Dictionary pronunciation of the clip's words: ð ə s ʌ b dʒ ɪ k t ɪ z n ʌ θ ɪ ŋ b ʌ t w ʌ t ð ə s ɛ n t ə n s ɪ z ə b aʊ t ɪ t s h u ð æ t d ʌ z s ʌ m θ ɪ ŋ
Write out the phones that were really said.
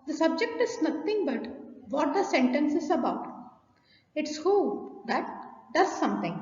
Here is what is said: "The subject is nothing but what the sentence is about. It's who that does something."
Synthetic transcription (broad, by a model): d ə s ʌ b dʒ ɪ k t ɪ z n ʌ t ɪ ŋ b ʌ t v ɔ t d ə s ɛ n t ə n s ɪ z ə b aʊ t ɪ t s h u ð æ t d ʌ z s ʌ m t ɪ ŋ